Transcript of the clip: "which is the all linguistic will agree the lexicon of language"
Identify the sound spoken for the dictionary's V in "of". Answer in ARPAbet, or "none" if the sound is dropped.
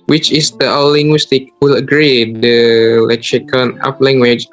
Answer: P